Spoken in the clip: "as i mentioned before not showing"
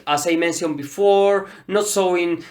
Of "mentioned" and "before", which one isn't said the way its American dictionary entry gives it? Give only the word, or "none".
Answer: mentioned